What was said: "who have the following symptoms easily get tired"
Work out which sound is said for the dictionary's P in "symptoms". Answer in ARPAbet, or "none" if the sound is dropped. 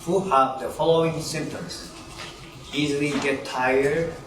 none